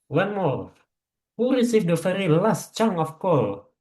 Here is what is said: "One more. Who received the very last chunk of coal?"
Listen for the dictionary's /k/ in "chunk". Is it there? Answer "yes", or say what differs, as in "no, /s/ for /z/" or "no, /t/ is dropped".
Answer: no, /k/ is dropped